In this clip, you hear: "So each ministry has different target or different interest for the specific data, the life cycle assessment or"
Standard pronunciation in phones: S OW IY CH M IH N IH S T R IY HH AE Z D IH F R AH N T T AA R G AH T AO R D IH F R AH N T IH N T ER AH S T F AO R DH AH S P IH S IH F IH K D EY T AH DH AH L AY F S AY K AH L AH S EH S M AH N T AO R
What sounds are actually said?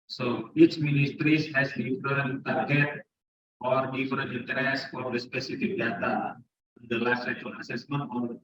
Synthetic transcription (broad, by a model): S OW IY CH M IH N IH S T R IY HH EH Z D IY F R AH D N T AA R G AH T AO R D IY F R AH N IH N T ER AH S F AO R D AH S P IH S IH F IH K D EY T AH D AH L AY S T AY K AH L AH S EH S M AH N T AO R